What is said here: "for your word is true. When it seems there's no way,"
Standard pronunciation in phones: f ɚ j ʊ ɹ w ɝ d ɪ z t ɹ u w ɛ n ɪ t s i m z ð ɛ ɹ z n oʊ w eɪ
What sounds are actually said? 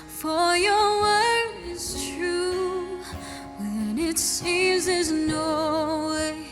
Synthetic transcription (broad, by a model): f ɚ j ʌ ɹ w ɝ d ɪ z t ɹ u w ɛ n ɪ t s i m z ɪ z n oʊ w eɪ